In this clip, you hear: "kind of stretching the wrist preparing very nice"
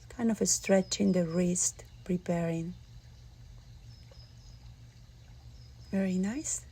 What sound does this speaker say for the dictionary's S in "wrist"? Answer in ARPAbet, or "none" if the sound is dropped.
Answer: S